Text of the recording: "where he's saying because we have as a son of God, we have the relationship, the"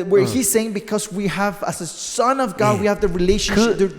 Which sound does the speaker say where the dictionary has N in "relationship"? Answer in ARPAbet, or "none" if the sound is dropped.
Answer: none